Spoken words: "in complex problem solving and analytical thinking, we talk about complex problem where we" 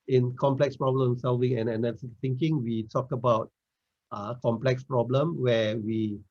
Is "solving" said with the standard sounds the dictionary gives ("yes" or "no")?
yes